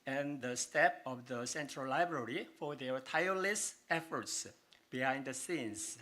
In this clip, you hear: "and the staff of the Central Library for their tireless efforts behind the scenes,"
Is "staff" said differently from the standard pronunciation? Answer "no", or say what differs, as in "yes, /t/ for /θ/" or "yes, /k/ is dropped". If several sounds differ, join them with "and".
yes, /p/ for /f/